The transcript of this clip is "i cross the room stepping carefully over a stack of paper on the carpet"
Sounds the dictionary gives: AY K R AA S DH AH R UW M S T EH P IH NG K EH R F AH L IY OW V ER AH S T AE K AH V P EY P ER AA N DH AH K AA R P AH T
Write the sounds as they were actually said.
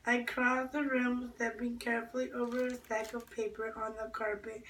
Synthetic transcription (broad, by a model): AY K R AA S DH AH R UW M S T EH B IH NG K EH R F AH L IY OW V ER AH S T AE K AH V P EY P ER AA N DH AH K AA R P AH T